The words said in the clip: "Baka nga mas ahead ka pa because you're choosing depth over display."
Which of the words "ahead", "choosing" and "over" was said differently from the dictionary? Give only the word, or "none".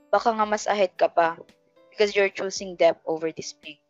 choosing